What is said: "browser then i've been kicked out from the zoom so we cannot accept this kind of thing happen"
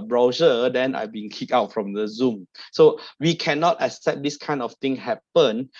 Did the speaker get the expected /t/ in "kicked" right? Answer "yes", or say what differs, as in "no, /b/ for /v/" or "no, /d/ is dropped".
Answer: no, /t/ is dropped